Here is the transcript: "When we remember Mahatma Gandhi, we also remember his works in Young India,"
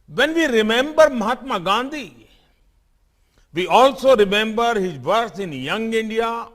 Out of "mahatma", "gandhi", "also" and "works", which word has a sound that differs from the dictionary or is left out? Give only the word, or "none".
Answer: works